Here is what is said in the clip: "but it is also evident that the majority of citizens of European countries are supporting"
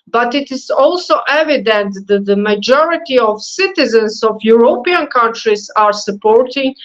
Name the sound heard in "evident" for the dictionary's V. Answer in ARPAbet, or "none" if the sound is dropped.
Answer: V